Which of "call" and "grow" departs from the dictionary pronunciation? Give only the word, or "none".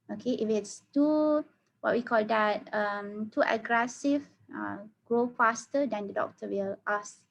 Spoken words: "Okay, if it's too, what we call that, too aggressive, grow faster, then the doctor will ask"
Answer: none